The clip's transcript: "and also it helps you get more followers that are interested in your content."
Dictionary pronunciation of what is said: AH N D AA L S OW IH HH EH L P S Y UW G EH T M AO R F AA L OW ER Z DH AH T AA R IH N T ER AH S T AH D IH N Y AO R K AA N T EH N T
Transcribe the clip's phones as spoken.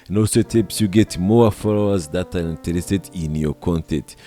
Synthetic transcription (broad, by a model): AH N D AA L S OW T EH P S Y UW G EH T M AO F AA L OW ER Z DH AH T AA R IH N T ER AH S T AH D IH N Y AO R K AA N T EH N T